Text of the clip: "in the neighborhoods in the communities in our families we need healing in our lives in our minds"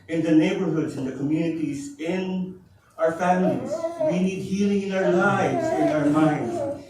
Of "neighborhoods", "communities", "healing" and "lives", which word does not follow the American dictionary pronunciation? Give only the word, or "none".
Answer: none